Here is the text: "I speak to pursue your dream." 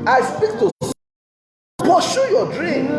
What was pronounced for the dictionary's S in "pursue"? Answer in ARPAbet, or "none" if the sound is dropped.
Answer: SH